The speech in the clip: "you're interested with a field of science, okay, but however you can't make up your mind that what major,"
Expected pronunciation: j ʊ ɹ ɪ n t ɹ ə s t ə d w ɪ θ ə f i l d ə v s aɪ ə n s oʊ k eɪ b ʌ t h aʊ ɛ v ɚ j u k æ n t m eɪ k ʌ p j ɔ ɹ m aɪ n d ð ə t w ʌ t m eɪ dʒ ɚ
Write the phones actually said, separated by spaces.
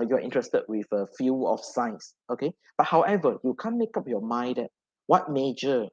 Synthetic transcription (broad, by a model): j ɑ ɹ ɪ n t ɹ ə s t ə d w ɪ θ ə f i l ə f s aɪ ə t s oʊ k eɪ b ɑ t h aʊ ɛ v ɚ j u k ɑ n m eɪ k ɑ p j ɔ m aɪ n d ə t w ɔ t m eɪ dʒ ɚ